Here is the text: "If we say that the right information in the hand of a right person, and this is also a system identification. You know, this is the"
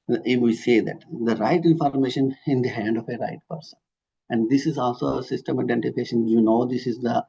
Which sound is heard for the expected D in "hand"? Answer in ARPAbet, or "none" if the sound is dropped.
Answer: D